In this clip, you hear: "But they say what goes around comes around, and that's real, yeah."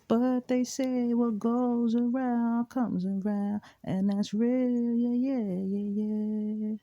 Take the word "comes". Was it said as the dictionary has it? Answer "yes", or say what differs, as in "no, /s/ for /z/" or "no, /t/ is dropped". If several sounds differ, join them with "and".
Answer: yes